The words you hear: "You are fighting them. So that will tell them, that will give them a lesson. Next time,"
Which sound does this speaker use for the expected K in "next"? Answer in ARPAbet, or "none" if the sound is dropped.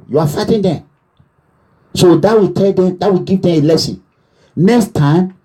K